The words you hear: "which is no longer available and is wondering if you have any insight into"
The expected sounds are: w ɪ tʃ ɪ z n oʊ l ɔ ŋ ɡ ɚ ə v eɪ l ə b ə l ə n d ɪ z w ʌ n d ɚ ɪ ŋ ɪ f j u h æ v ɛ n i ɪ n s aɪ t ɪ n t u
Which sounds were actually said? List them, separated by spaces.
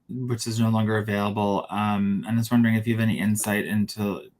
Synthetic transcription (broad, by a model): w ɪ tʃ ɪ z n oʊ l ɔ ŋ ɡ ɚ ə v eɪ l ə b ə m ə n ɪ s w ʌ n d ɚ ɪ ŋ ɪ f j u v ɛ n i ɪ n s aɪ t ɪ n t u